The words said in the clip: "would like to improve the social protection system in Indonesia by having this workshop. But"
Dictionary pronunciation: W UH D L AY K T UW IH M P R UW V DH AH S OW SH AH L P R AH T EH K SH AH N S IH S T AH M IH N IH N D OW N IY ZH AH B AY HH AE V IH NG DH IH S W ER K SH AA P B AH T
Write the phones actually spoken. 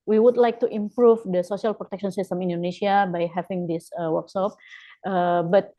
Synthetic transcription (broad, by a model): W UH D L AY K T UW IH M P R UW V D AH S OW S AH L P R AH T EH K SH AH N S IH S T AH M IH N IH N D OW N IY S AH B AY HH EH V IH NG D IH S W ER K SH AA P B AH T